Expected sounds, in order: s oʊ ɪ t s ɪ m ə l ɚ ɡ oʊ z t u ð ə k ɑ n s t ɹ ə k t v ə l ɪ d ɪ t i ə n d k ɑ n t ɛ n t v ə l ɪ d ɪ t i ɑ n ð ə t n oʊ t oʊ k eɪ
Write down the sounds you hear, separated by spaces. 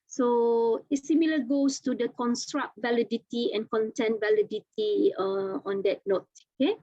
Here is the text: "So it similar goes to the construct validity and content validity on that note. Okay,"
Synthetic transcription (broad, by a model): s oʊ ɪ t s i m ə l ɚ ɡ oʊ s t u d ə k ɑ n s t ɹ ə k t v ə l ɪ d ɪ t i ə n k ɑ n t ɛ n v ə l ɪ d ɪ t i ɑ n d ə t n oʊ t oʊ k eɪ